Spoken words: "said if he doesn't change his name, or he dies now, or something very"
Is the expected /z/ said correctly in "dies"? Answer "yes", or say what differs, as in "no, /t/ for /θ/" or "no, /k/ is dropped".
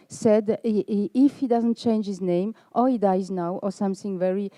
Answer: yes